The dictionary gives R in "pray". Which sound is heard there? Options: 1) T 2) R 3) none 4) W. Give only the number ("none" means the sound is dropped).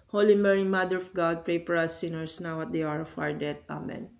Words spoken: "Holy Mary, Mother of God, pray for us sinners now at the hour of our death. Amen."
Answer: 2